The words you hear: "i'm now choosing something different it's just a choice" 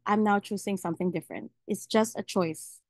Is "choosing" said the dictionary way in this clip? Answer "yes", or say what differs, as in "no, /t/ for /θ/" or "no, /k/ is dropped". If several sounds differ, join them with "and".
no, /s/ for /z/